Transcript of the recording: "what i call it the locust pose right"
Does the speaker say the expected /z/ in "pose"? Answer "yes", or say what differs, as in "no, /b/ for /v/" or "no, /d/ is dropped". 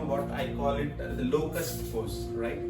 no, /s/ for /z/